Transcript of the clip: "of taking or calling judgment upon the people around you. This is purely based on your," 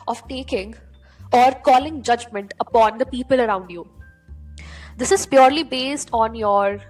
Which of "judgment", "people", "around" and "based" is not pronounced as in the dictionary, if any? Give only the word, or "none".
none